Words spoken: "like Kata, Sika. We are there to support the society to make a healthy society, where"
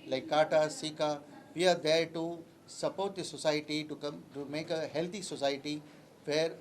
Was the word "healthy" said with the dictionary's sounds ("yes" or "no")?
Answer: no